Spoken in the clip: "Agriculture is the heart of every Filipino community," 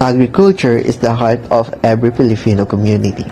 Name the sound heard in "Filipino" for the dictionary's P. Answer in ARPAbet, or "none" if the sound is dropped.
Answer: F